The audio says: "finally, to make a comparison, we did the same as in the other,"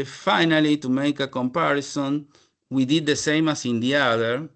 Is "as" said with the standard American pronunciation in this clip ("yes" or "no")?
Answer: no